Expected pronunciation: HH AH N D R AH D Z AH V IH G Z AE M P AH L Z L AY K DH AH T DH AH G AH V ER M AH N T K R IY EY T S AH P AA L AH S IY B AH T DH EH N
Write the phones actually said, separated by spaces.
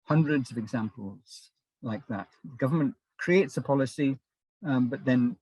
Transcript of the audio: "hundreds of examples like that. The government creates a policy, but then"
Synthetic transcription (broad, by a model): HH AH N D R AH D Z AH V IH G Z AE M P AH L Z L AY K DH AH T DH AH G AH V ER M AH N K R IY EY T S AH P AA L AH S IY B AH T DH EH N